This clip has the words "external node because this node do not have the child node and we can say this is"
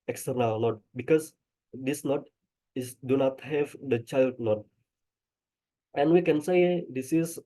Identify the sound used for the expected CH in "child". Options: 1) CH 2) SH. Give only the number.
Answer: 1